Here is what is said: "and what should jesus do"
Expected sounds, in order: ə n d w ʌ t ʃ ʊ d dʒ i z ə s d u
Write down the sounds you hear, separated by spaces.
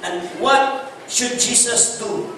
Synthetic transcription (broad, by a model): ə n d w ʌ t ʃ ʊ d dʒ i s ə s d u